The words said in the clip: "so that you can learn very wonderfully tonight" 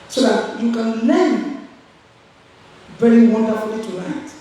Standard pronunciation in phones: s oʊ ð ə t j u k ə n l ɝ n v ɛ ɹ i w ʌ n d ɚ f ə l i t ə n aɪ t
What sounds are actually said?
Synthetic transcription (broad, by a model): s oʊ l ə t j u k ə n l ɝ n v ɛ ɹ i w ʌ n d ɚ ə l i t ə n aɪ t